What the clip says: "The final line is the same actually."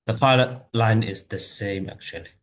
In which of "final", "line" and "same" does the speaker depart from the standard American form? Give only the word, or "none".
final